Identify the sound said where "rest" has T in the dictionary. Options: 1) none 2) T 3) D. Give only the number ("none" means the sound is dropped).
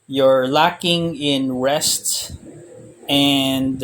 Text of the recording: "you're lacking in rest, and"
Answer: 2